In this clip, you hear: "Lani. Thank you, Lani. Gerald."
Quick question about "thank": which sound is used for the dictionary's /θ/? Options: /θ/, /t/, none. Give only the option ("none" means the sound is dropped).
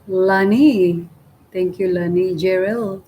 /t/